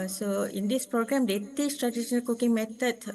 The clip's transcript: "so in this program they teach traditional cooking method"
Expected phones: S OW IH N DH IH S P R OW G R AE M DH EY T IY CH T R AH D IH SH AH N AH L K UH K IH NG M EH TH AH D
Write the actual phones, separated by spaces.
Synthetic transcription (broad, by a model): S OW IH N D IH S P R OW G R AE M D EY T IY S T R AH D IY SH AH N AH L K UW K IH NG M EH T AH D